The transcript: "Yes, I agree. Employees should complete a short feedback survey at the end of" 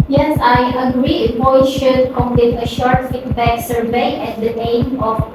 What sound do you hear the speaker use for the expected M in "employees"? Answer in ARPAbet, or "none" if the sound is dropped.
none